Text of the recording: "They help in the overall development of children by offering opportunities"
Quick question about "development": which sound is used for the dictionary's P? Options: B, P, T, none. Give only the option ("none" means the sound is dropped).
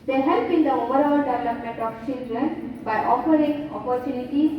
none